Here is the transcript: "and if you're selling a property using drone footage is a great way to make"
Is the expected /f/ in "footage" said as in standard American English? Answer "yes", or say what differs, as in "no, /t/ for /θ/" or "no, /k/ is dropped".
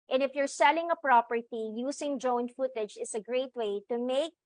yes